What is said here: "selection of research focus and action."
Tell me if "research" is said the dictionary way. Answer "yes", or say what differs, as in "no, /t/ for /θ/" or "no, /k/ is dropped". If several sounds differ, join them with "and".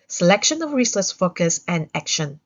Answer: no, /s/ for /tʃ/